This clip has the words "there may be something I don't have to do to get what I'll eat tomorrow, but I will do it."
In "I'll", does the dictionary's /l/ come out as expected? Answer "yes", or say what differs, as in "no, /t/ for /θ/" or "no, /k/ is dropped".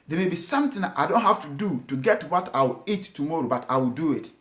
no, /w/ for /l/